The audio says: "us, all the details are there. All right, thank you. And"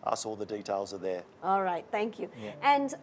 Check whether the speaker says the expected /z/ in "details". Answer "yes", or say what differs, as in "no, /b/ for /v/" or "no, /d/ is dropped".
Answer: yes